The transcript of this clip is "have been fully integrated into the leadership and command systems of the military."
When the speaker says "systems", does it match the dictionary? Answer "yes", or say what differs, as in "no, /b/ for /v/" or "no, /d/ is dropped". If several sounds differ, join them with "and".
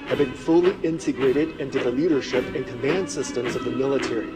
yes